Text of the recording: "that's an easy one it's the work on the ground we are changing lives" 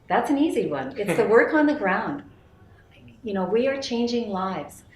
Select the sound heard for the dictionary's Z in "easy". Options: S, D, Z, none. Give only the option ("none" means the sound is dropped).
Z